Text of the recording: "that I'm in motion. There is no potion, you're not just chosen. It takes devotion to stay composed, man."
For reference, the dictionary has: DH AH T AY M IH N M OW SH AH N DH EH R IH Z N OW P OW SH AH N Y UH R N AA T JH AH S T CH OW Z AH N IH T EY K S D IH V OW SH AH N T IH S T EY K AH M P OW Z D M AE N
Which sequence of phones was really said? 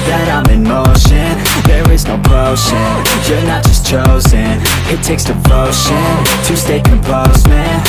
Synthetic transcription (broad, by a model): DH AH T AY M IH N M OW SH AH N DH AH R IH Z N OW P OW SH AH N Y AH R N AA T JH AH S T CH OW Z AH N IH T EY K S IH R OW SH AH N T IH S T EY K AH M P OW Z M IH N